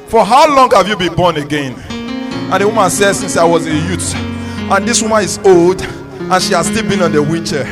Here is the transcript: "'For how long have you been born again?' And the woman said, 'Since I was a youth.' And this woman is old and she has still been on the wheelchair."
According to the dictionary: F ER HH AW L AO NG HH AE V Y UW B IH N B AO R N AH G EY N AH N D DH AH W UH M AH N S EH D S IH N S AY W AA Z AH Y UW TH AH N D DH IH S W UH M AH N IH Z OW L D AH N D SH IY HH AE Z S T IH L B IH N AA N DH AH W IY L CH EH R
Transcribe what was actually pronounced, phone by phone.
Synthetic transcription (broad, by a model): F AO HH AW L AO NG HH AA V Y UW B IH N B AO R N AH G EY N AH N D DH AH W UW M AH N S EH D S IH N S AY W AA Z AH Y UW T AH N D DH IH S W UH M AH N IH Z OW L D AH N SH IY HH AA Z S T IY L B IH N AA N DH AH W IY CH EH